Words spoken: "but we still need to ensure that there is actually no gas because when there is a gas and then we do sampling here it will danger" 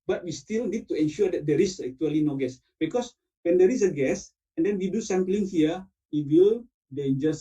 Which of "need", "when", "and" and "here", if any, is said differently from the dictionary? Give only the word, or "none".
here